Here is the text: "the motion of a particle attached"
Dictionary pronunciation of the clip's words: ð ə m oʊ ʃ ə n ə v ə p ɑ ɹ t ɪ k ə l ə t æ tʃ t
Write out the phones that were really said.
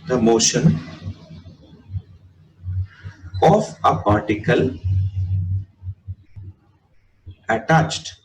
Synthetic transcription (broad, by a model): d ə m oʊ ʃ ə n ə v ə p ɑ ɹ t ɪ k ə l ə t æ tʃ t